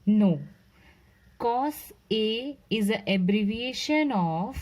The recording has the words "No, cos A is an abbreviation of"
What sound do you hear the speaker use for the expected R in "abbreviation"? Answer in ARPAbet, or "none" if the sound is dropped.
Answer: R